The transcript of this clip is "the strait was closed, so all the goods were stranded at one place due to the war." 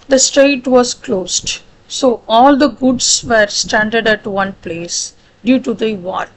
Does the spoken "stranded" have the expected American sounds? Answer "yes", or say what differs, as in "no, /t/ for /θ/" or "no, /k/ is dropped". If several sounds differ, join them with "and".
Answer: no, /ɹ/ is dropped